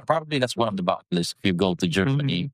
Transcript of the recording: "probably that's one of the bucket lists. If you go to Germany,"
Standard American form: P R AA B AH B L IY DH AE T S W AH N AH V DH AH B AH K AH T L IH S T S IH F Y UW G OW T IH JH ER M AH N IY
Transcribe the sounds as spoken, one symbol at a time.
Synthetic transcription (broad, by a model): P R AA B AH B L IY DH AE T S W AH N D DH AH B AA AH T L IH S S IH F Y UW G OW T IH JH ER M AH N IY